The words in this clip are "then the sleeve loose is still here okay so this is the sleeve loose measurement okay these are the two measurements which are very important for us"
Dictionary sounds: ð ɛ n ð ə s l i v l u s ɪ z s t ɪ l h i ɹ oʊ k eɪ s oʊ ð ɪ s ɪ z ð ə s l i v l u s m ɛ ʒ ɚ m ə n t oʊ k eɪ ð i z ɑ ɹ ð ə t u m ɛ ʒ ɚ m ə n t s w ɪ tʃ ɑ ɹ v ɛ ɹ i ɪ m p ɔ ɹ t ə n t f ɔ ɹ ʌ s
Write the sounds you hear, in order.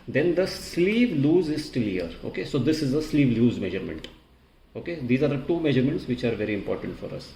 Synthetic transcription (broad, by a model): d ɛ n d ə s l i v l u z ɪ z s t ɪ l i ɹ oʊ k eɪ s oʊ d ɪ s ɪ z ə s l i v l u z m ɛ ʒ ɚ m ə n t oʊ k eɪ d i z ɑ ɹ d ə t u m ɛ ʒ ɚ m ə n t s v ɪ tʃ ɑ ɹ v ɛ ɹ i ɪ m p ɔ ɹ t ə n t f ɔ ɹ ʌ s